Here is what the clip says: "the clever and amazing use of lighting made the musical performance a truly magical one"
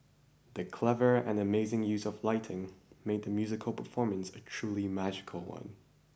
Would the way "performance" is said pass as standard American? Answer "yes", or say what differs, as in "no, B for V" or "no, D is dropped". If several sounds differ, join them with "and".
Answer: yes